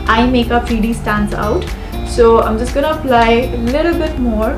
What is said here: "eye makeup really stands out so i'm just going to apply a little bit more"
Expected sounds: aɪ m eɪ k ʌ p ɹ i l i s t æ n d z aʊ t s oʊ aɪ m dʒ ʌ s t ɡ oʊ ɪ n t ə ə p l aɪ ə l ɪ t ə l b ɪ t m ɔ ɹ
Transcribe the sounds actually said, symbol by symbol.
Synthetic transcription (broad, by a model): aɪ m eɪ k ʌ f ɹ i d i s t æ n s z aʊ t s oʊ aɪ m dʒ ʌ s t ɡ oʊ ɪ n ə ə p l aɪ ə l ɪ t ə l b ɪ t m ɔ ɹ